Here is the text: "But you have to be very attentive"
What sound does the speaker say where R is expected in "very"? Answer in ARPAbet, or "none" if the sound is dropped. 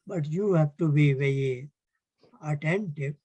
none